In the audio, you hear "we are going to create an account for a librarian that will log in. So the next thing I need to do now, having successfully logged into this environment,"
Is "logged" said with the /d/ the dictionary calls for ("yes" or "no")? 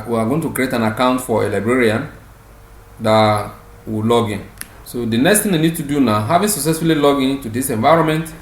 no